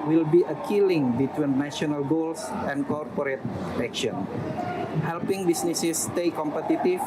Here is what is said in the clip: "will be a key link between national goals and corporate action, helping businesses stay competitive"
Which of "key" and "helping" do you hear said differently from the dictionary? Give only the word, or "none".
none